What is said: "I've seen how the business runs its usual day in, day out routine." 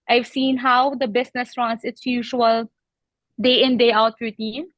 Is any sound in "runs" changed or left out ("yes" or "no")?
yes